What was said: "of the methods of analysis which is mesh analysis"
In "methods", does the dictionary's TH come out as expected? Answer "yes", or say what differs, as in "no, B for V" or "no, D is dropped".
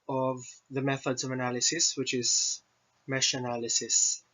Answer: yes